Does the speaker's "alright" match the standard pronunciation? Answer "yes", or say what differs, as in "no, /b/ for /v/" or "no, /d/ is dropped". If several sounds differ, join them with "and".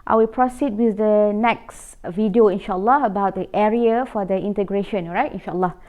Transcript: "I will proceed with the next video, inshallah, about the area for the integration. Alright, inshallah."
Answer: no, /l/ is dropped